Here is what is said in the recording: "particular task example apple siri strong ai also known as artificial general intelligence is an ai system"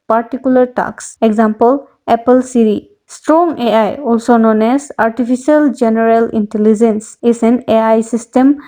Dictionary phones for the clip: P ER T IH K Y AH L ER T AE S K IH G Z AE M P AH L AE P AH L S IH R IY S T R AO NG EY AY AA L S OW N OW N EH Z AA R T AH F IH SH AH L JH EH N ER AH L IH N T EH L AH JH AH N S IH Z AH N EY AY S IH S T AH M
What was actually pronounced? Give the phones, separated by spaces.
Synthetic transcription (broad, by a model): P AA T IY K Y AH L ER T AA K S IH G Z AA M P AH L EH P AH L S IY R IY S T R AO NG EY AY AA L S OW N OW N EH S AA R T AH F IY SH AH L JH EH N ER AH L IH N T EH L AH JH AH N S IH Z AH N EY AY S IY S T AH M